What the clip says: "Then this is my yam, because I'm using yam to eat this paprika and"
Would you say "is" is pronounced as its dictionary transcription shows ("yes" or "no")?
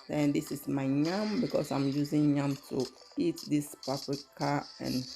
no